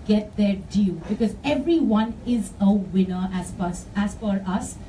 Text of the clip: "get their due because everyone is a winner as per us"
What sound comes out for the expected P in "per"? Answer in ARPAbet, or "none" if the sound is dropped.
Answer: F